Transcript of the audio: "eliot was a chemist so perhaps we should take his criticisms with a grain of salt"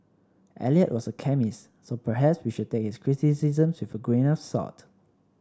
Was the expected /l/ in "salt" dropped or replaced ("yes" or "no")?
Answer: yes